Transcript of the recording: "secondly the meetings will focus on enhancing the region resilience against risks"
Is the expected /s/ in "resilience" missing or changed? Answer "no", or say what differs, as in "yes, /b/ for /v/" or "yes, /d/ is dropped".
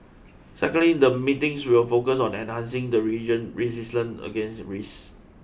yes, /s/ is dropped